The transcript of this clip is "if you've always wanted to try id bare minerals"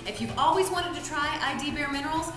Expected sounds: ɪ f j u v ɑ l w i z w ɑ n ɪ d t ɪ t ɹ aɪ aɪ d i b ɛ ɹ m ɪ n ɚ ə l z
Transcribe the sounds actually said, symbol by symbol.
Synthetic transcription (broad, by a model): ɪ f j u v ɑ l w i z w ɑ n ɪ d t ɪ t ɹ aɪ aɪ d i b ɛ ɹ m ɪ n ɚ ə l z